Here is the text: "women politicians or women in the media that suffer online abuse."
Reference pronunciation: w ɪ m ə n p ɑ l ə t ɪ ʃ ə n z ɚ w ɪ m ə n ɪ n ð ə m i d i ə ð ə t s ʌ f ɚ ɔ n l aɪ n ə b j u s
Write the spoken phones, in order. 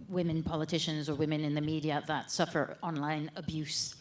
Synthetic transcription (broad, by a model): w ɪ m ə n p ɑ l ə t ɪ ʃ ə n z ɚ w ɪ m ə n ɪ n ð ə m i d i ə ð ə t s ʌ f ɚ ɔ n l aɪ n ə b j u s